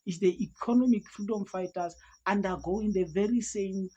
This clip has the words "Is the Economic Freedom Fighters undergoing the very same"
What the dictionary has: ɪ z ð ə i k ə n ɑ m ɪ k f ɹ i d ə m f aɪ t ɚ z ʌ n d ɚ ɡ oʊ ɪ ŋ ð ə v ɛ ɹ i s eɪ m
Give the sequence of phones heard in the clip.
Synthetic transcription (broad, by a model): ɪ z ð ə i k ə n ɑ m ɪ k f ɹ i d ə m f aɪ t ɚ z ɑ n d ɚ ɡ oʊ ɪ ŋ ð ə v ɛ ɹ i s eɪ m